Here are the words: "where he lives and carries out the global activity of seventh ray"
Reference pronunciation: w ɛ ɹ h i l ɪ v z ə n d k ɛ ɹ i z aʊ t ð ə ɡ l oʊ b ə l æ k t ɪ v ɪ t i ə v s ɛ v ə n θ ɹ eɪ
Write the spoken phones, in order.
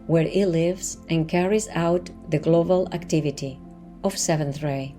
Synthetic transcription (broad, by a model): w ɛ ɹ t l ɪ v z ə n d k ɛ ɹ i z aʊ t ð ə ɡ l oʊ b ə l æ k t ɪ v ɪ t i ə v s ɛ v ə n θ ɹ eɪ